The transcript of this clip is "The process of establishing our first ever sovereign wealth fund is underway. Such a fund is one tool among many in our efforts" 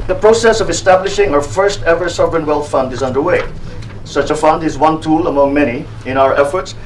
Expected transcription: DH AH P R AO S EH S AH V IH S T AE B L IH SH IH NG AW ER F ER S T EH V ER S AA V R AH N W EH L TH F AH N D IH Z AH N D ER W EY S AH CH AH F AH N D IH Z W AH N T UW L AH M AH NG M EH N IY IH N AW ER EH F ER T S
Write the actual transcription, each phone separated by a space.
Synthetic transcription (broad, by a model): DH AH P R AO S EH S AH V IH S T AE B L IH SH IH NG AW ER F ER S T EH V ER S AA V R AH N W EH L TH F AH N D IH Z AH N D ER W EY S AH CH AH F AH N D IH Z W AH N T UW L AH M AH NG M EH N IY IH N AW ER EH F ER T S